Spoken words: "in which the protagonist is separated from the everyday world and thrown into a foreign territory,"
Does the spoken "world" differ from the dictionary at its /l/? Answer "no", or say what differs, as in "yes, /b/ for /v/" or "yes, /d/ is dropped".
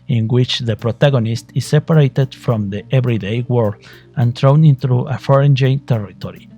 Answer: yes, /l/ is dropped